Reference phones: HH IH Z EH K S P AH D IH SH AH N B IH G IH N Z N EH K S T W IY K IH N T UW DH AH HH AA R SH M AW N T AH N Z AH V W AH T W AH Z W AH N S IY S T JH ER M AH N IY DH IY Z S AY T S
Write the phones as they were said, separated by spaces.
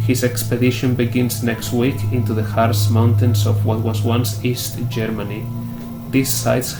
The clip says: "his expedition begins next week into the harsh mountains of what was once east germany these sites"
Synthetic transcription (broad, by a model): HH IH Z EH K S P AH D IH SH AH N B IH G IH N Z N EH K S T W IY K IH N T UW DH AH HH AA R S M AW N T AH N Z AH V W AH T W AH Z W AH N S IY S T JH ER M AH N IY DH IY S AY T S